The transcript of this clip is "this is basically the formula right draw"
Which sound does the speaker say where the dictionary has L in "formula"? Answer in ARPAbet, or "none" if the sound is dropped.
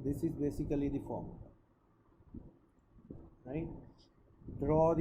none